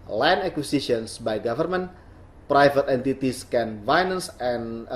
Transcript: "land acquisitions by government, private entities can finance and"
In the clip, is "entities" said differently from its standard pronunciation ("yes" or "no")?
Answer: yes